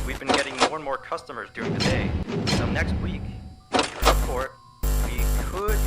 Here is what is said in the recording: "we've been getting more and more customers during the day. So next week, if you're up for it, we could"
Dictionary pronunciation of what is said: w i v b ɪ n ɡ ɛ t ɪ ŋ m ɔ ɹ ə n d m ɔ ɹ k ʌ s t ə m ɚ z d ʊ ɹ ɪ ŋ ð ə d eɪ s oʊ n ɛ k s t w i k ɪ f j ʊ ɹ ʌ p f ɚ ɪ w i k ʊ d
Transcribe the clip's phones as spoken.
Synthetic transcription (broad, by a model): w i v b ɪ n ɡ ɛ t ɪ ŋ m ɔ ɹ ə n m ɔ ɹ k ʌ s t ə m ɚ z d ʊ ɹ ɪ ŋ ð ə d eɪ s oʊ n ɛ k s t w i k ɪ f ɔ ɹ w i k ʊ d